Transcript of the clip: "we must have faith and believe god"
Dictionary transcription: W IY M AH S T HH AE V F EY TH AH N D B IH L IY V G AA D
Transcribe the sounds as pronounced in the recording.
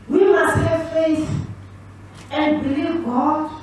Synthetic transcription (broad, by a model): W IY M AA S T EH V F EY S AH N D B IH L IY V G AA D